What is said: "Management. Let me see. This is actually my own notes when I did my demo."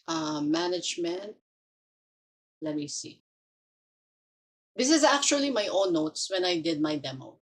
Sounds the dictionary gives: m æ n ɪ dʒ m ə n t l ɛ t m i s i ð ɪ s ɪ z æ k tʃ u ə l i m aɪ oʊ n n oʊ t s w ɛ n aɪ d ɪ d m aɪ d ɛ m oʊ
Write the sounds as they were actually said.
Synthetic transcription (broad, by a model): m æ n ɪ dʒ m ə n t l ɛ t m i s i ð ɪ s ɪ z æ k tʃ u ə l i m aɪ oʊ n n oʊ t s w ɛ n aɪ d ɪ d m aɪ d ɛ m oʊ